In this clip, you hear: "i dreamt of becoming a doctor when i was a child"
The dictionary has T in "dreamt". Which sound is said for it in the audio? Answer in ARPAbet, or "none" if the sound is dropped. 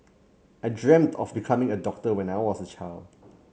T